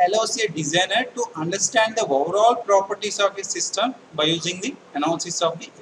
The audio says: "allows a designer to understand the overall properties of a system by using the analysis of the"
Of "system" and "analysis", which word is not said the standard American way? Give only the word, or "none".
analysis